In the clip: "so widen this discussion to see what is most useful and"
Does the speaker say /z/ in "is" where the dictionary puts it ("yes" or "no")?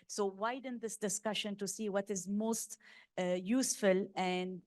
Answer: yes